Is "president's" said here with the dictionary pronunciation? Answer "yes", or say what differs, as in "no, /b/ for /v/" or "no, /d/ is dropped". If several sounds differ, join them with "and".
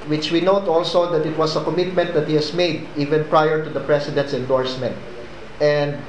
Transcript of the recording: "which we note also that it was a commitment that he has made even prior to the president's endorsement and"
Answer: no, /s/ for /z/